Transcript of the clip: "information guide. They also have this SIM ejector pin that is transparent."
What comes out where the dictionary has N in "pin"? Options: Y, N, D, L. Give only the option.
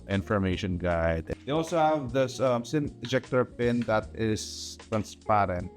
N